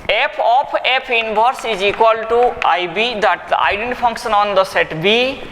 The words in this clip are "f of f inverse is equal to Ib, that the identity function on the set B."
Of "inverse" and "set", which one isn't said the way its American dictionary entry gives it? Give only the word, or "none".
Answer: inverse